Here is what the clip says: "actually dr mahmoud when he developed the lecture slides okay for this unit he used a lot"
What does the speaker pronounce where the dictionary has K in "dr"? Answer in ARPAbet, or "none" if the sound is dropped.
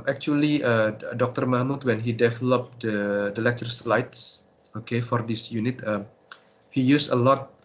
K